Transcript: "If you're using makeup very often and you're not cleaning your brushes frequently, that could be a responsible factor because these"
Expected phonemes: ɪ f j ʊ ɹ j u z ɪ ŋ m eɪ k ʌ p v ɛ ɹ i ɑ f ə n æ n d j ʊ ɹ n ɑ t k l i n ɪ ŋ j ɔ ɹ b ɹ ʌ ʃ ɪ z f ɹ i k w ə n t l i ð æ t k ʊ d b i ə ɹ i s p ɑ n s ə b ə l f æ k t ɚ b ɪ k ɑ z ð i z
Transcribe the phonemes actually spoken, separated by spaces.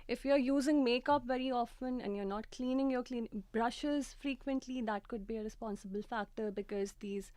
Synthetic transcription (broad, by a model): ɪ f j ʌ ɹ j u z ɪ ŋ m eɪ k ʌ p v ɛ ɹ i ɑ f ə n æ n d j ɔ ɹ n ɑ t k l i n ɪ ŋ j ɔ l b ɹ ʌ ʃ ɪ z f ɹ i k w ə n t l i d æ t k ʊ d b i ə ɹ i s p ɑ n s ə b ə l f æ k t ɚ b ɪ k ɑ z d i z